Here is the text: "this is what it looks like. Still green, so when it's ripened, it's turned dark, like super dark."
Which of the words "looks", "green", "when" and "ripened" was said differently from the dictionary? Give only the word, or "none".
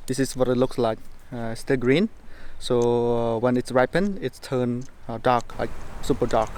ripened